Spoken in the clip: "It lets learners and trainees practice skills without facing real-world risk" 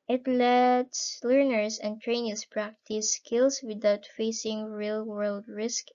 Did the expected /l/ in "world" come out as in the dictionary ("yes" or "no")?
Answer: yes